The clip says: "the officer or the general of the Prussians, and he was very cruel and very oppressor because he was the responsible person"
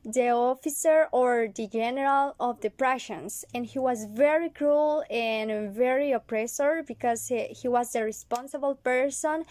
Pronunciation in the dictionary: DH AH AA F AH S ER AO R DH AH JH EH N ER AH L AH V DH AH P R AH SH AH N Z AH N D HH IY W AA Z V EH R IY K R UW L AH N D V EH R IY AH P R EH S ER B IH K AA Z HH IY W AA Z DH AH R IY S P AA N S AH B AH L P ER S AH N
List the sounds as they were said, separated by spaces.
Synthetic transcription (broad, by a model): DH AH AA F AH S ER AO R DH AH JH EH N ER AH L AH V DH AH P R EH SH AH N S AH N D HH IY W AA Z V EH R IY K R UW L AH N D V EH R IY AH P R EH S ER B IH K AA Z HH IY W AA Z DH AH R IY S P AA N S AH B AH L P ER S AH N